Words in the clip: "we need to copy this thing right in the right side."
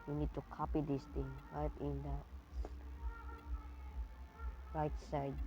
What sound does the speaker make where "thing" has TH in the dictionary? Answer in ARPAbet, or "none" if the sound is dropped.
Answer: T